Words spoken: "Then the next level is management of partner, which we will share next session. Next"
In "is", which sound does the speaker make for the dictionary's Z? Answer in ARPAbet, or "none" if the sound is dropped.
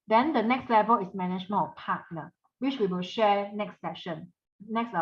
S